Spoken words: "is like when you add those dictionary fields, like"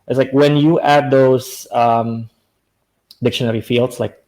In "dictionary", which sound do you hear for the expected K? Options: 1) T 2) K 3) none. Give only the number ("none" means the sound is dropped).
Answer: 2